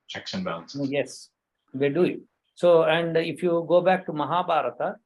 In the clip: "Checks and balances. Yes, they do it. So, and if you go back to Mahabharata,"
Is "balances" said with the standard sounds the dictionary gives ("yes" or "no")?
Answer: no